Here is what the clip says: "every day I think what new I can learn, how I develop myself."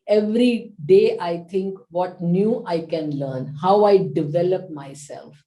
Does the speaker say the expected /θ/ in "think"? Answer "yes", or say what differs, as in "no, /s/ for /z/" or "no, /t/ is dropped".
no, /t/ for /θ/